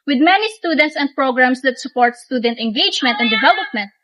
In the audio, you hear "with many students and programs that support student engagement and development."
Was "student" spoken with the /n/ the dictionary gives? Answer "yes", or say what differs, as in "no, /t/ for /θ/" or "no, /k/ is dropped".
yes